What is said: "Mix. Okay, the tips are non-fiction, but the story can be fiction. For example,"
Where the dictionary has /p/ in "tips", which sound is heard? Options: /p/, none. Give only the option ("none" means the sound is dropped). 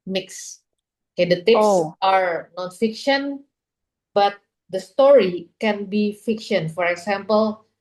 none